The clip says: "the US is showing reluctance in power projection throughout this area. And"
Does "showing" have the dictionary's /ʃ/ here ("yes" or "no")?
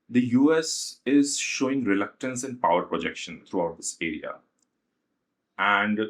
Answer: yes